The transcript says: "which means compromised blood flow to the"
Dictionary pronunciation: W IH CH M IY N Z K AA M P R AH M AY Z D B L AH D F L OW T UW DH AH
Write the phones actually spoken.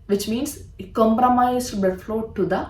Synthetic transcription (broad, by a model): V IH CH M IY N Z K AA M P R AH M AY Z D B EH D F L OW T UW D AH